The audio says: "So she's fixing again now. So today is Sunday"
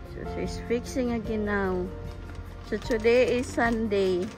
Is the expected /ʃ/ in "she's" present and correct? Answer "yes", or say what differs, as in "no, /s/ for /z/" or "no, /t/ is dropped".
no, /s/ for /ʃ/